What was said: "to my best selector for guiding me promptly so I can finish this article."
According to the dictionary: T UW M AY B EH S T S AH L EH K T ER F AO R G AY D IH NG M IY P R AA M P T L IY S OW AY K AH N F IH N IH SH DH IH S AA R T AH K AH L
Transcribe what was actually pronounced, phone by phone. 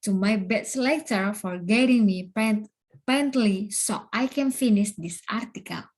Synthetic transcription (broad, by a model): T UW M AY B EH T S L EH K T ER F AO R G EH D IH NG M IY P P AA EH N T L IY S OW AY K AH N F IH N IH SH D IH S AA R T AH K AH L